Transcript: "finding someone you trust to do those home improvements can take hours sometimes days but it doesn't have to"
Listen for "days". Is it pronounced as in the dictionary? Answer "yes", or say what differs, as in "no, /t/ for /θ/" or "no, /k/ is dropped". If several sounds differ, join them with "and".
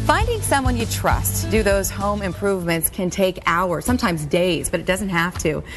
yes